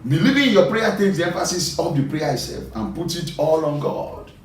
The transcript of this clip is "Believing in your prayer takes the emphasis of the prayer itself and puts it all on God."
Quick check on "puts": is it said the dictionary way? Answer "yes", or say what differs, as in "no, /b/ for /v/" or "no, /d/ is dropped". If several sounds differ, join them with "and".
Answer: no, /s/ is dropped